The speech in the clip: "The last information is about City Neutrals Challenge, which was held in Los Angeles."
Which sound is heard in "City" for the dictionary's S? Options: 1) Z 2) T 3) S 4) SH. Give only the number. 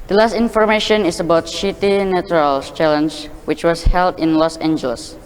4